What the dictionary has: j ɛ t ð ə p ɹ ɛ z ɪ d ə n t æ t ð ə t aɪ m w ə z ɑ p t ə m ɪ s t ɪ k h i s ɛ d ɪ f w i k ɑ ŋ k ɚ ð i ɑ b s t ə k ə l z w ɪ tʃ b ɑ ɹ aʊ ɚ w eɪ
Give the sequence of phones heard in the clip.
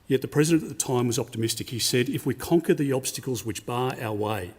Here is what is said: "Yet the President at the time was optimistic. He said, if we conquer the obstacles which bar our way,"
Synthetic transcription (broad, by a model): j ɛ t ð ə p ɹ ɛ z ɪ d ə n t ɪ t ð ə t aɪ m w ə z ɑ p t ə m ɪ s t ɪ k h i s ɛ d ɪ f w i k ɑ ŋ k ɚ ð i ɑ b s t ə k l z w ɪ tʃ b ɑ ɹ aʊ ɚ w eɪ